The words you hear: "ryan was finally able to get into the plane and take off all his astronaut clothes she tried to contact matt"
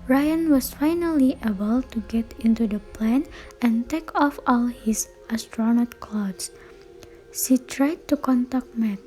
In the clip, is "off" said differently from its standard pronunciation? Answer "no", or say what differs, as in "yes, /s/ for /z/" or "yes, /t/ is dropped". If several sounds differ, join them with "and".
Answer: no